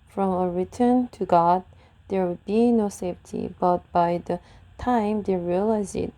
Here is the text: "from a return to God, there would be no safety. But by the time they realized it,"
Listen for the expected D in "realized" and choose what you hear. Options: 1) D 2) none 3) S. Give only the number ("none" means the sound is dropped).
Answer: 2